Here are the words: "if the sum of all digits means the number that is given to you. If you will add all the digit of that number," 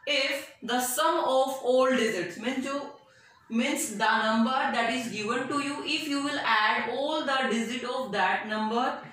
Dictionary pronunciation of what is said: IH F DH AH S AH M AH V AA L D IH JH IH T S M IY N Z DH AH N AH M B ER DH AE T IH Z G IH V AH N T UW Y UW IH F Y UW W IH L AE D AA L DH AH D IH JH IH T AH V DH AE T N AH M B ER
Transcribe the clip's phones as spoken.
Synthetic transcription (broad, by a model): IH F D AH S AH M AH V AA L D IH Z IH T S M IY N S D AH N AH M B ER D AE T IH Z G IH V AH N T UW Y UW IH F Y UW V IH L AE D AA L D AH D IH Z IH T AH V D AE T N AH M B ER